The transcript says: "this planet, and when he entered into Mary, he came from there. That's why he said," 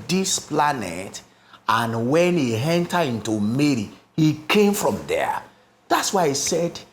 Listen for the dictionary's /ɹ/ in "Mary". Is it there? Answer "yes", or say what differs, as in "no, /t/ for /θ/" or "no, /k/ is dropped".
yes